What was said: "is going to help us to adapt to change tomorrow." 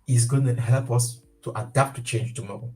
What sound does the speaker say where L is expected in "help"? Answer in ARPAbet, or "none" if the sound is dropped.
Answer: L